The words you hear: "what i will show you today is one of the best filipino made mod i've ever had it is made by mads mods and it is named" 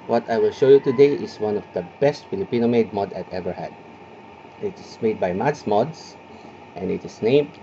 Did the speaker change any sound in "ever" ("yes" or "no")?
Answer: no